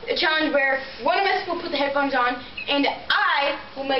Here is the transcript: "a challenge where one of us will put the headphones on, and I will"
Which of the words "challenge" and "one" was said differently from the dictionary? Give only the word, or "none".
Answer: challenge